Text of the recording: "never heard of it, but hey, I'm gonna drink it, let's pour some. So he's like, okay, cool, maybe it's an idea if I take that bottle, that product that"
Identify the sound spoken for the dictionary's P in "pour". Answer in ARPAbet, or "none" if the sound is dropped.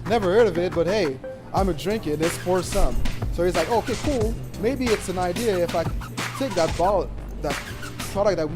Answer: F